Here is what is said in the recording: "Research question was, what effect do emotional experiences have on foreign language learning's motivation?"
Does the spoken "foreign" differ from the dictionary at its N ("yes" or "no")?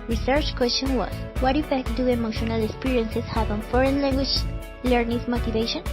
no